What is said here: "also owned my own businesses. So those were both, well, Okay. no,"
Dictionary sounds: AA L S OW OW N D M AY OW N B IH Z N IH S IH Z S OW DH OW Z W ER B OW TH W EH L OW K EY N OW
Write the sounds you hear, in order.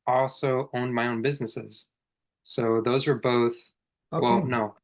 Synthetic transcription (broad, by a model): AA L S OW OW N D M AY OW N B IH Z N IH S IH Z S OW DH OW Z W ER B OW TH W EH L N OW